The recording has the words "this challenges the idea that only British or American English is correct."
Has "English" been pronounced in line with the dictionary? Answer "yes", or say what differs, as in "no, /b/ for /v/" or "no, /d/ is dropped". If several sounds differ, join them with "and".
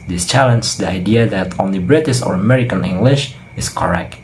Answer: yes